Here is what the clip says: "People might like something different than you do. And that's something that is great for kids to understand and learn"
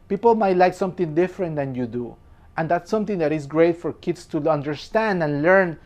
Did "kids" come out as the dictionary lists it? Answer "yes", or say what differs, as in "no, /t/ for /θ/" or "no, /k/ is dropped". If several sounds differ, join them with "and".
no, /s/ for /z/